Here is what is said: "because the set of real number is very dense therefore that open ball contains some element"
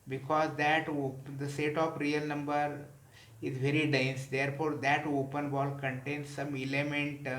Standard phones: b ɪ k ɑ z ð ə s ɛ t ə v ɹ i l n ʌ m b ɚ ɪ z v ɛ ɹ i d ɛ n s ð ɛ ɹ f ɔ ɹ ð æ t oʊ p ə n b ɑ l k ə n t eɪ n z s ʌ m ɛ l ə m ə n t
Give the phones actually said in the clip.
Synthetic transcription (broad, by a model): b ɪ k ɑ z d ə s ɛ t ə p ɹ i l n ʌ m b ɚ ɪ z v ɛ ɹ i d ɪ n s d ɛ ɹ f ɔ ɹ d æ t oʊ p ə n b ɑ l k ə n t eɪ n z s ʌ m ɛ l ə m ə n t